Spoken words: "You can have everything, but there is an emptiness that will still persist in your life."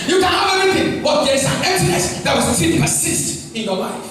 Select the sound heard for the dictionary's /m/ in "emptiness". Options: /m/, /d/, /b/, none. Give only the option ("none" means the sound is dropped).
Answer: none